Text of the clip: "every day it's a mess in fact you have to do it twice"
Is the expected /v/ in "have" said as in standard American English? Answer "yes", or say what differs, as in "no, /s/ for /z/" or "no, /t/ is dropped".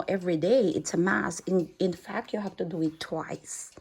no, /f/ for /v/